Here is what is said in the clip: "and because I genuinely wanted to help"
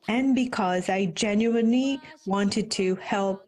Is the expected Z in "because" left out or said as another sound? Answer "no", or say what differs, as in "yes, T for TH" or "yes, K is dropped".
no